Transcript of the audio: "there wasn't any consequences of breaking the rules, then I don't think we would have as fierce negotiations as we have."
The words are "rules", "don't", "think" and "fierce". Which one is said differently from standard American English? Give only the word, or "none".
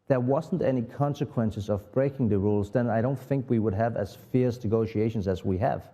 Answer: none